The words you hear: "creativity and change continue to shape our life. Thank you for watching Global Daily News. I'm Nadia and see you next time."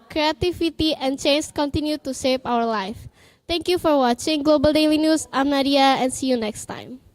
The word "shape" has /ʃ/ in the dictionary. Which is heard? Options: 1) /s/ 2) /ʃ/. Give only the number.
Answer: 1